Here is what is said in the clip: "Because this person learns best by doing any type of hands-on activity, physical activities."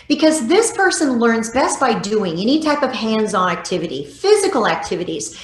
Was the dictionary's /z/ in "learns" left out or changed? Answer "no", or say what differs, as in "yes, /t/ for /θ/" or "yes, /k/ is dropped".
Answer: no